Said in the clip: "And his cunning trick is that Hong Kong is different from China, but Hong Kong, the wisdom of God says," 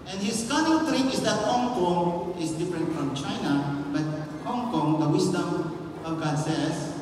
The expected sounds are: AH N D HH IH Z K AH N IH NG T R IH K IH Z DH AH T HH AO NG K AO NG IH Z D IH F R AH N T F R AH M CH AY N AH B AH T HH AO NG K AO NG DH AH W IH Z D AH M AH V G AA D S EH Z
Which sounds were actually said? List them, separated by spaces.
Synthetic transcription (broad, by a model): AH N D HH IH S K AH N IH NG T R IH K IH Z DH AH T HH AO NG K AO NG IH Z D IH F R AH N T F R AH M CH AY N AH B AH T HH AO NG K AO NG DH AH W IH S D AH M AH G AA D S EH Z